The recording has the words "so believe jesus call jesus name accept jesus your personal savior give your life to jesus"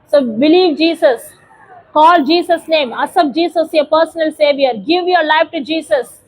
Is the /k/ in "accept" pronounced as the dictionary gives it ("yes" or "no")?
no